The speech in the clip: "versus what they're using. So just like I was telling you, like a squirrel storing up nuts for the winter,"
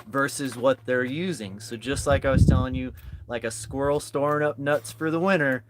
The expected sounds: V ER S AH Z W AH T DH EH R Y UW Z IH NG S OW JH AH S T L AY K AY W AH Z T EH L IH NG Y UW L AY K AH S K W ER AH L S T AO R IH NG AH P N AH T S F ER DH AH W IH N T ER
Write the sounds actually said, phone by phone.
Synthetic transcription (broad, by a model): V ER S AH Z W AH T DH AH R Y UW Z IH NG S OW JH AH S T L AY K AY W AH Z T EH L IH NG Y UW L AY K AH S K W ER L S T AO R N AH P N AH T S F ER DH AH W IH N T ER